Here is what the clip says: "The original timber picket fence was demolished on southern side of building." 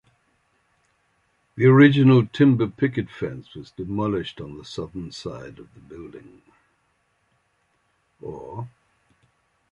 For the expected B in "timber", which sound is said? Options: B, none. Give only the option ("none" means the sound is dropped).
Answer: B